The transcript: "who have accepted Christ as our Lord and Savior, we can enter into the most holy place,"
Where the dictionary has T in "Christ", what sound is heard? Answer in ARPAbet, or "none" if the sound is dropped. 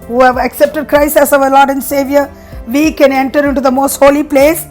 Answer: none